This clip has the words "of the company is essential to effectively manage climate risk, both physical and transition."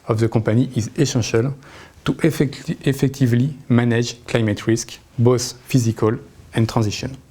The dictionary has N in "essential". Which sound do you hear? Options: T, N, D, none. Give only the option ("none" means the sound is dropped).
none